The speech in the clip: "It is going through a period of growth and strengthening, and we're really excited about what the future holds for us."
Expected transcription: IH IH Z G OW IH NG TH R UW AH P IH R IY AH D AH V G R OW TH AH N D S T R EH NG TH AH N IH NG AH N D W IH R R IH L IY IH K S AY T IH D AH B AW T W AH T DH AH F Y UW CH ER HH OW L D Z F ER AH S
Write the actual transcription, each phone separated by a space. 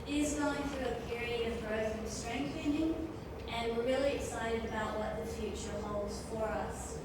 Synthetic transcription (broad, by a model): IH IH Z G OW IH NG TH R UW AH P IH R IY AH D AH V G R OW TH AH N S T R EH NG TH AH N IH NG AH N W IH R R IH L IY IH K S AY T IH D AH B AW T W AH T DH AH F Y UW CH ER HH OW L D Z F ER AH S